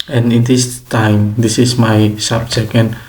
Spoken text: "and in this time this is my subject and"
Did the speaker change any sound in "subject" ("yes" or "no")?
yes